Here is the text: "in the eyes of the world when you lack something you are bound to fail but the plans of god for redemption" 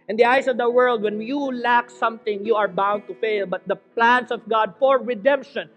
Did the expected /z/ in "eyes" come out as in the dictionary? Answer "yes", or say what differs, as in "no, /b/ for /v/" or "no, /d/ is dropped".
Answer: no, /s/ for /z/